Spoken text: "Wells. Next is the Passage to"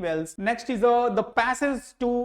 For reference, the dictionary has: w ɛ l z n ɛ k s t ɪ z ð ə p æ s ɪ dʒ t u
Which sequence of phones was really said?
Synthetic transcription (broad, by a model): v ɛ l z n ɛ k s t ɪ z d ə p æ s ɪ z t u